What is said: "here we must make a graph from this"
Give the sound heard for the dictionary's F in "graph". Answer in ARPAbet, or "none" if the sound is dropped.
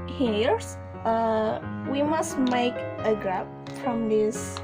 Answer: P